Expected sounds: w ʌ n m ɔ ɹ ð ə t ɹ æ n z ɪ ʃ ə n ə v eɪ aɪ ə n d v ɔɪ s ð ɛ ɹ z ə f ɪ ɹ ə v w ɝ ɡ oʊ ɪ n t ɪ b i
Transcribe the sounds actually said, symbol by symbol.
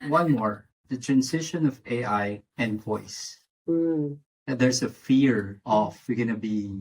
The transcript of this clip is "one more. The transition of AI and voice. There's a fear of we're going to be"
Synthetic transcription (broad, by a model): w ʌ n m ɔ ɹ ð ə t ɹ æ n s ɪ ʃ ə n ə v eɪ aɪ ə n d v ɔɪ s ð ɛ ɹ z ə f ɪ ɹ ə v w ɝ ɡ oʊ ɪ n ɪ b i